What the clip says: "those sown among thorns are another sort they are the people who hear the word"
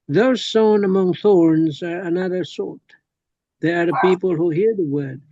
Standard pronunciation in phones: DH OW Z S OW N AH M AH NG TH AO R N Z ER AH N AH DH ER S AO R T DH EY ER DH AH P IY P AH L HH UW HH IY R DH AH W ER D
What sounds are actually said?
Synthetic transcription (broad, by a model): DH OW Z S OW N AH M AH NG TH AO R N Z ER AH N AH DH ER S AO R T DH EY ER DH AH P IY P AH L HH UW HH IY R DH AH W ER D